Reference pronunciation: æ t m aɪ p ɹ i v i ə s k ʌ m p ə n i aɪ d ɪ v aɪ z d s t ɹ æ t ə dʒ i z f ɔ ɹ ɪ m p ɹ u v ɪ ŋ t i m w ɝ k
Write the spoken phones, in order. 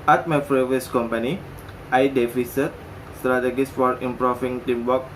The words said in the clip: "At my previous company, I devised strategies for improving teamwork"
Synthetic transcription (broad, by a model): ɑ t m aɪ f ɹ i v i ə s k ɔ m p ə n i aɪ d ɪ f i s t s t ɹ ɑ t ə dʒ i s f ɔ ɹ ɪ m p ɹ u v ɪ ŋ t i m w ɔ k